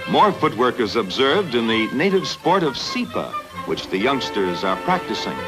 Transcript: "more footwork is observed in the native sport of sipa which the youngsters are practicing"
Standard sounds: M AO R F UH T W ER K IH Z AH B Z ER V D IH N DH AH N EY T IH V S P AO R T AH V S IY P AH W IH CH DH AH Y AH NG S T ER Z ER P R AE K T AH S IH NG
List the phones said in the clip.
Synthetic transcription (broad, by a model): M AO R F UH T W ER K IH Z AH B Z ER V D IH N DH AH N EY T IH V S P AO R T AH V S IY P AH W IH CH DH AH Y AH NG S T ER Z ER P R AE K T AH S IH NG